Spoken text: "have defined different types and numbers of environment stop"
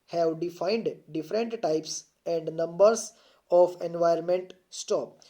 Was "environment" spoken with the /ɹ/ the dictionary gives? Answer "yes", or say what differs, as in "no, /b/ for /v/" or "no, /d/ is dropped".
no, /ɹ/ is dropped